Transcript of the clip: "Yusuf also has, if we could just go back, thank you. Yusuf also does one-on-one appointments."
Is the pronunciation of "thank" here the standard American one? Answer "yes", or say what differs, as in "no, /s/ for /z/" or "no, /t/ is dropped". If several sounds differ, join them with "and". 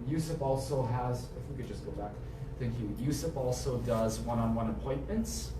yes